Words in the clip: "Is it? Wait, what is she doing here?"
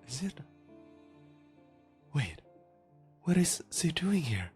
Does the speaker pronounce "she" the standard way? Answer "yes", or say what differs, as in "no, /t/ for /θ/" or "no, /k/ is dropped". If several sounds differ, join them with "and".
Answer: no, /s/ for /ʃ/